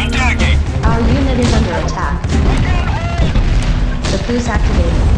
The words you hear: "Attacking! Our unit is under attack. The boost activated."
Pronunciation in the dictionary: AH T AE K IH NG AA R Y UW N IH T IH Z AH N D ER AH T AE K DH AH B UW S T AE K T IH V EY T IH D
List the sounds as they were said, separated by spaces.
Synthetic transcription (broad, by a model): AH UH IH R Y UW N IH T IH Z AH N D ER AH T AE K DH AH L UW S AE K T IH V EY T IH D